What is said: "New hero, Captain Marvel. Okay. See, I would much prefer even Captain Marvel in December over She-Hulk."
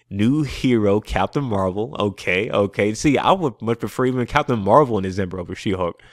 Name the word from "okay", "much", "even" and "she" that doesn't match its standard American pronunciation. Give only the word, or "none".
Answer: none